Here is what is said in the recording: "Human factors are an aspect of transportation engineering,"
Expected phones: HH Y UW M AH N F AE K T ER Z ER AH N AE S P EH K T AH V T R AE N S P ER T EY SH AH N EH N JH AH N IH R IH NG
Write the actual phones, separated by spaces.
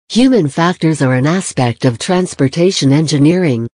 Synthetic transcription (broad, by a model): HH Y UW M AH N F AE K T ER Z ER AH N AE S P EH K T AH V T R AE N S P ER T EY SH AH N EH N JH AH N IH R IH NG